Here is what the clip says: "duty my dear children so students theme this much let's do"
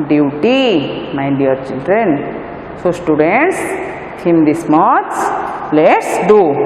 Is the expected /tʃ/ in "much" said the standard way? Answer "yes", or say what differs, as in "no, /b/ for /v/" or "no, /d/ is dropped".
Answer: no, /s/ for /tʃ/